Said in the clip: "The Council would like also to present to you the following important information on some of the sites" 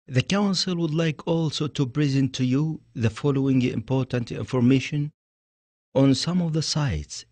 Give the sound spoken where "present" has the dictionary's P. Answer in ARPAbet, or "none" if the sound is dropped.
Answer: B